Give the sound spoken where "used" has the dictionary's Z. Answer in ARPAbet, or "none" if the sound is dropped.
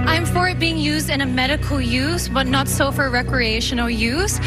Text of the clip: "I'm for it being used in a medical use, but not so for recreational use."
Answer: Z